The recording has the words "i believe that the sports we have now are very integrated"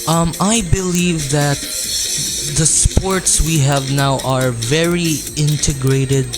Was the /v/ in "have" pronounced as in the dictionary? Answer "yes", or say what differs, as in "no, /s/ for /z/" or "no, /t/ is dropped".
yes